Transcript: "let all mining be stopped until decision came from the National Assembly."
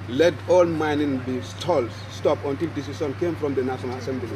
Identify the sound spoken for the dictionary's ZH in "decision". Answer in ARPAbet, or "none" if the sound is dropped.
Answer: S